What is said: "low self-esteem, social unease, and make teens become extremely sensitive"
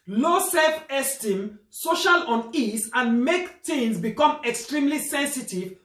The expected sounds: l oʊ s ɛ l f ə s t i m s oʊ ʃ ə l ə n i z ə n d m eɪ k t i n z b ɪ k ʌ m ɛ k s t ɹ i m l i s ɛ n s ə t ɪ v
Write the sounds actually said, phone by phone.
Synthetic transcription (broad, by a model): l oʊ s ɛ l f ə s t i m s oʊ ʃ ə l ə n i s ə n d m eɪ k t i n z b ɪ k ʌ m ɛ k s t ɹ i m l i s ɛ n s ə t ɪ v